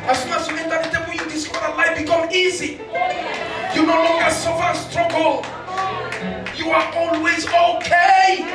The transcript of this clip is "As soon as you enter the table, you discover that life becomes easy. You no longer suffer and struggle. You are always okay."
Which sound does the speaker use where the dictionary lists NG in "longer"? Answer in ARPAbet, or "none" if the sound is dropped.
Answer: NG